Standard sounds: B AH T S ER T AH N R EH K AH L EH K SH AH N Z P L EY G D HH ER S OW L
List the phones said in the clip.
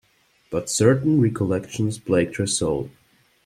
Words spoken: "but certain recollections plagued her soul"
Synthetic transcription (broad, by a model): B AH T S ER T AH N R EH K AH L EH K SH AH N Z B L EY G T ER S OW L